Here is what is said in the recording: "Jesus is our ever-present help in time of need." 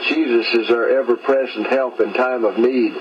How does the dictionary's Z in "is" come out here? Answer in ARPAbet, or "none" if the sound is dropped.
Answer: Z